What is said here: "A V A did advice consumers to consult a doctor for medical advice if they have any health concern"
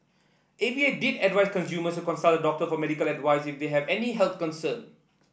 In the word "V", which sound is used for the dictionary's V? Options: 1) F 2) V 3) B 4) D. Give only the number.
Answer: 3